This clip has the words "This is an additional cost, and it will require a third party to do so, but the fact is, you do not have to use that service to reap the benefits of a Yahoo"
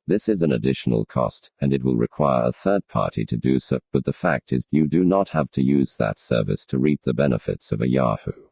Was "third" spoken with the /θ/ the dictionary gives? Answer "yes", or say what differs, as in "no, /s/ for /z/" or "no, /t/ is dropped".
yes